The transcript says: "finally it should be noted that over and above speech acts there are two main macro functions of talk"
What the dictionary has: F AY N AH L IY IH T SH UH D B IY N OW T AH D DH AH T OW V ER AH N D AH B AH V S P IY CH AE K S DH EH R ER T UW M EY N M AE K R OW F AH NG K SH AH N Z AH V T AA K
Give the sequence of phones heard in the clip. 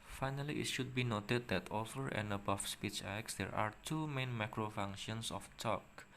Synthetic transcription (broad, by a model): F AY N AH L IY IH T SH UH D B IY N OW T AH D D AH T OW F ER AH N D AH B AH F S P IY CH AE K S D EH R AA T UW M EY N M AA K R OW F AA NG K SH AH N S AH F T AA K